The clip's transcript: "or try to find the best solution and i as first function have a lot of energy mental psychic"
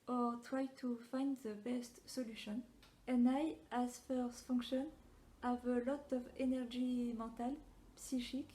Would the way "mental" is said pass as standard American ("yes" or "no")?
no